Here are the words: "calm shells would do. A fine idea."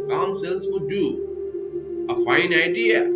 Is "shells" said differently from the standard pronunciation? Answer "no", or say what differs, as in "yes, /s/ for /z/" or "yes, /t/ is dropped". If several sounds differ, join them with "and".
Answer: yes, /s/ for /ʃ/